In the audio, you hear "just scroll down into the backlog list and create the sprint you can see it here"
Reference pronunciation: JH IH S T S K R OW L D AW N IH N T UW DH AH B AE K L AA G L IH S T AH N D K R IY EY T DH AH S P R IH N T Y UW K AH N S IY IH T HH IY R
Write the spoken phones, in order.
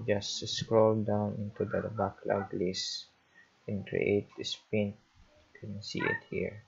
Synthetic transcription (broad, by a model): JH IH S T S K R OW L D AW N IH N T UW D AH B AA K L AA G L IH S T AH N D K R IY EY T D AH S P IH N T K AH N S IY IH T HH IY R